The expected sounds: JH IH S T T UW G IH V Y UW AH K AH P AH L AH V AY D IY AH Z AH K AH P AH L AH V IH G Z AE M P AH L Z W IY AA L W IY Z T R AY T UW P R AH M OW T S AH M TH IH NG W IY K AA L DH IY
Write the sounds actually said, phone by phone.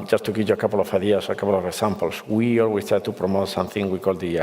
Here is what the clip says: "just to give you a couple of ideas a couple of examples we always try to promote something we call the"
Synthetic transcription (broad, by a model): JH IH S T T UW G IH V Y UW AH K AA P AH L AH F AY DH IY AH S AH K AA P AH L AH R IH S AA M P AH L S W IY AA L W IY S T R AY T UW P R AH M OW T S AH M TH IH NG W IY K AA L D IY